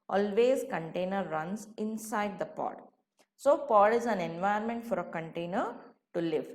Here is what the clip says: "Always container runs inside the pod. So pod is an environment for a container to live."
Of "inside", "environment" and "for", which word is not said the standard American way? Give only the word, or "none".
environment